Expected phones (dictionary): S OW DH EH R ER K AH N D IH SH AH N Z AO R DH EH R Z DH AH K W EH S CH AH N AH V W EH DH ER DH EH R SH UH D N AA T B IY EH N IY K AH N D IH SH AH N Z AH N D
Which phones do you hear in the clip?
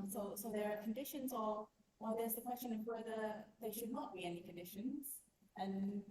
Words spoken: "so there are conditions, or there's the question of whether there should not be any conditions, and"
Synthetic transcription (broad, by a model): S OW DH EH R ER K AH N D IH SH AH N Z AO W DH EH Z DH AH K W EH S CH AH N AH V W EH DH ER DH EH SH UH D N AA T B IY EH N IY K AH N D IH SH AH N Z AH N